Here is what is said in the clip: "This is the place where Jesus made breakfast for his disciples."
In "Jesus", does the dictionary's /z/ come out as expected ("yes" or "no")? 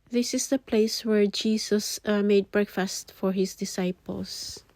no